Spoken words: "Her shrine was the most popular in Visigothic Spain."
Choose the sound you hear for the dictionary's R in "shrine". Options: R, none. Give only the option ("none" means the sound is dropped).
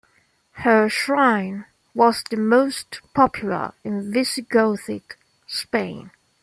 R